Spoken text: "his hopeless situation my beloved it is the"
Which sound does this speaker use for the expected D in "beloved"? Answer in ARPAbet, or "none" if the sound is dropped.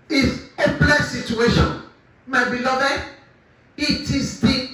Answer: none